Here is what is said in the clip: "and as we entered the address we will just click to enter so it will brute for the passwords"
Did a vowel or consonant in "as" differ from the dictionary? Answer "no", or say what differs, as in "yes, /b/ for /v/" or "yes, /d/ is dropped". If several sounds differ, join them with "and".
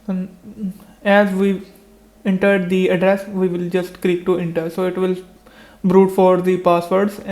no